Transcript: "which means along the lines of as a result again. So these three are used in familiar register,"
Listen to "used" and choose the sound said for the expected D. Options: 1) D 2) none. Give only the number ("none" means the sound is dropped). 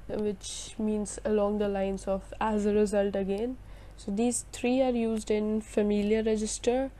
1